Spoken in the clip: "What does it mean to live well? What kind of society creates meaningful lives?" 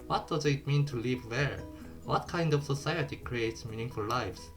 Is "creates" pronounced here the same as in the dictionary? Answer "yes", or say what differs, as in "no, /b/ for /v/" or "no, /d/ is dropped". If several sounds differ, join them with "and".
yes